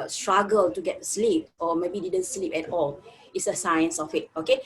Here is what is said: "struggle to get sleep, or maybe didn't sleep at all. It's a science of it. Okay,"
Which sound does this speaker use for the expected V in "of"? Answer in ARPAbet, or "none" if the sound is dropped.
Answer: W